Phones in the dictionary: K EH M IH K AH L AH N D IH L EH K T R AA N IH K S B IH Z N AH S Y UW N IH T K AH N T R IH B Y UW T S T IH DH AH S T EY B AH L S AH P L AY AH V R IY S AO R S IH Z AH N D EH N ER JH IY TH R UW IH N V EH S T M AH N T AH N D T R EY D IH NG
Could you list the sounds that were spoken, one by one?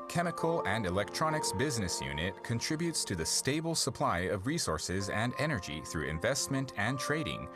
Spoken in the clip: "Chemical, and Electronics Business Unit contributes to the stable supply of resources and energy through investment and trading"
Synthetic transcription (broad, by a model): K EH M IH K L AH N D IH L EH K T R AA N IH K S B IH Z N AH S Y UW N IH T K AH N T R IH B Y UW T S T IH DH AH S T EY B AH L S AH P L AY AH V R IY S AO R S IH Z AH N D EH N ER JH IY TH R UW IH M V EH S T M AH N T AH N T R EY D IH NG